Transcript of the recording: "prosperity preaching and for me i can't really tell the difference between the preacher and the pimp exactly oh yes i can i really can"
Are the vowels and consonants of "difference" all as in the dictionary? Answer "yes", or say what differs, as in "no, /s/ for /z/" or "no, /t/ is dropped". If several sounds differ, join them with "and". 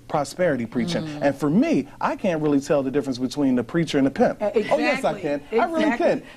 yes